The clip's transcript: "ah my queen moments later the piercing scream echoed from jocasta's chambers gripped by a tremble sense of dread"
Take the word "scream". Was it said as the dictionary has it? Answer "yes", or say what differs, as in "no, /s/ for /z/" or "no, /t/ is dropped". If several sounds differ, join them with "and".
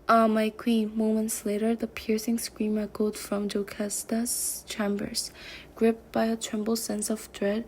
yes